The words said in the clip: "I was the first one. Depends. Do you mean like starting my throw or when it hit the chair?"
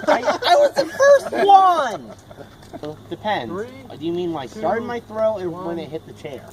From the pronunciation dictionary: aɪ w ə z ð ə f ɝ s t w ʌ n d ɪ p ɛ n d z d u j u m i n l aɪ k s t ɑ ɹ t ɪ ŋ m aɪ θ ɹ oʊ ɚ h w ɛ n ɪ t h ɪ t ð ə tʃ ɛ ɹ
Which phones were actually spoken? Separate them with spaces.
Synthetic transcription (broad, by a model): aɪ w ə z ð ə f ɝ s t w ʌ n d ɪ p ɛ n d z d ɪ j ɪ m i n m aɪ s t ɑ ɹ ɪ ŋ m aɪ θ ɹ oʊ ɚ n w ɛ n ɪ t h ɪ t ð ə tʃ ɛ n